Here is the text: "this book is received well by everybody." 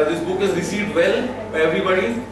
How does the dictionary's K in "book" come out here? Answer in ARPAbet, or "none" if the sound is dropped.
K